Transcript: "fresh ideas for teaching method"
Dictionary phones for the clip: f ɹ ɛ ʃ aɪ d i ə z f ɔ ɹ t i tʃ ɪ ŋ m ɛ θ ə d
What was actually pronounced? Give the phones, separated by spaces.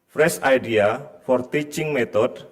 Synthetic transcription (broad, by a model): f ɹ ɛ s aɪ d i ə f ɔ ɹ t i tʃ ɪ ŋ m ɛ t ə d